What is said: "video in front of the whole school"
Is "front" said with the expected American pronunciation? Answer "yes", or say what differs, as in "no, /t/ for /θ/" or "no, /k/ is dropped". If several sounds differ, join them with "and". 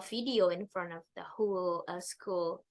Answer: yes